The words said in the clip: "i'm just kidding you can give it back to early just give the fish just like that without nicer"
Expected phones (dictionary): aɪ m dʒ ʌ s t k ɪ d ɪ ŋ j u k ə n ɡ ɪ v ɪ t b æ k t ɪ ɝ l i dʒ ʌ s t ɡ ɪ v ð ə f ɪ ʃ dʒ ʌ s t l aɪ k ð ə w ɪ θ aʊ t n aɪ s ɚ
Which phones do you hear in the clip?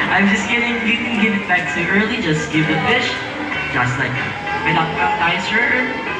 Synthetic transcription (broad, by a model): aɪ m dʒ ʌ s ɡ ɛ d ɪ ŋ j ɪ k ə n ɡ ɪ v ɪ t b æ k s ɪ ɝ l i dʒ ʌ s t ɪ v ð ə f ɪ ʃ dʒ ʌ s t l aɪ k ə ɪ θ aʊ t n aɪ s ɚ